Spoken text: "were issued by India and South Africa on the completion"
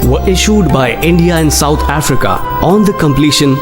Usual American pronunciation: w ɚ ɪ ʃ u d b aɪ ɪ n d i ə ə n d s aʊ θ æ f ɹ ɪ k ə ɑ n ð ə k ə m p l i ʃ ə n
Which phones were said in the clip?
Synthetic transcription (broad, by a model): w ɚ ɪ ʃ u d b aɪ ɪ n d i ə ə n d s aʊ t æ f ɹ ɪ k ə ɑ n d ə k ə m p l i ʃ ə n